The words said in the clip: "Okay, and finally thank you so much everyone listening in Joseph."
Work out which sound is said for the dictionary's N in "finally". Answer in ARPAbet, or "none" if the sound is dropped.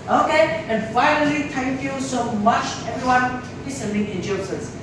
L